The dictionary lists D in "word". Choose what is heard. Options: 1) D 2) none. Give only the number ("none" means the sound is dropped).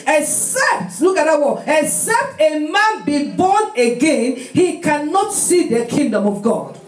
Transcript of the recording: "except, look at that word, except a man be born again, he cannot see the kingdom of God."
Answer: 2